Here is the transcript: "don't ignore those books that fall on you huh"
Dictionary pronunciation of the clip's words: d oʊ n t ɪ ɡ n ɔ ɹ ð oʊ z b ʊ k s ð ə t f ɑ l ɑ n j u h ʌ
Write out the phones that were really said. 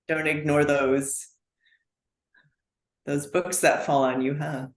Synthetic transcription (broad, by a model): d oʊ n t ɪ ɡ n ɔ ɹ ð oʊ z b ʊ k s ð ə t f ɑ l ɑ n j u h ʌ